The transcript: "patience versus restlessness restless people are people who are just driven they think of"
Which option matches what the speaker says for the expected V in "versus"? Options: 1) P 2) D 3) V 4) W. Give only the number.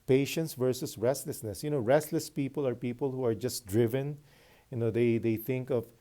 3